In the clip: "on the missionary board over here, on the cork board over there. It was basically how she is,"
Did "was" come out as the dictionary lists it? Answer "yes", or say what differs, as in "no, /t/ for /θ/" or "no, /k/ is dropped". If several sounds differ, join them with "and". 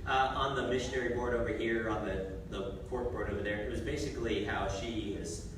yes